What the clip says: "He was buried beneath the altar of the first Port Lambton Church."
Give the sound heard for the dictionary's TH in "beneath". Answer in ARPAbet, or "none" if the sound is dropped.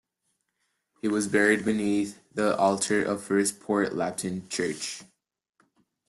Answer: TH